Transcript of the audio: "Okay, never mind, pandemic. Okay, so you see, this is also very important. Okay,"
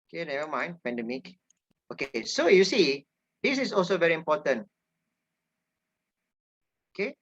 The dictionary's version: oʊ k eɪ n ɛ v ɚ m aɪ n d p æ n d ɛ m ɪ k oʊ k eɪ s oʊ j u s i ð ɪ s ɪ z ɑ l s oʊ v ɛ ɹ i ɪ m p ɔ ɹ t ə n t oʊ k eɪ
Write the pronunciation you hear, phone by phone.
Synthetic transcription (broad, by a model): oʊ k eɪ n ɛ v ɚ m aɪ n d p æ n d ɛ m ɪ k oʊ k eɪ s oʊ j u s i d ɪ s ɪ s ɑ l s oʊ v ɛ ɹ i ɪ m p ɔ t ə n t oʊ k eɪ